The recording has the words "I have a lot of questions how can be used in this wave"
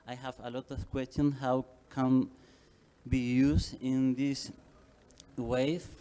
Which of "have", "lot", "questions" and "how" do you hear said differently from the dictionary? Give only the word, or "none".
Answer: questions